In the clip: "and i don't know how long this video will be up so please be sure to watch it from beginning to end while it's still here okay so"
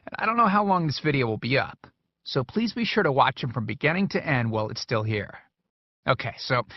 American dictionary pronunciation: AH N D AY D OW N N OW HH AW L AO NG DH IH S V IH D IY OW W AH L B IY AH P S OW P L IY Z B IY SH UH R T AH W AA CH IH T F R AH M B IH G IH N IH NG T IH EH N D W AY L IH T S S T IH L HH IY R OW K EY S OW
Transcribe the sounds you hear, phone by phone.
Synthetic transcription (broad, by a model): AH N AY D OW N N OW HH AW L AO NG DH IH S V IH D IY OW W AH L B IY AH P S OW P L IY Z B IY SH UH R T AH W AA CH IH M F R AH M B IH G IH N IH NG T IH EH N D W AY L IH T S S T IH L HH IY R OW K EY S OW